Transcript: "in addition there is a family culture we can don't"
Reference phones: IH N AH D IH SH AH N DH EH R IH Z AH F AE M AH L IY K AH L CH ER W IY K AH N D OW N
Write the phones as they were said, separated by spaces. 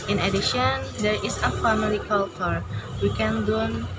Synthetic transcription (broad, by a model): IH N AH D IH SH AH N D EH R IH S AH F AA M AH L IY K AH L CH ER W IY K AH N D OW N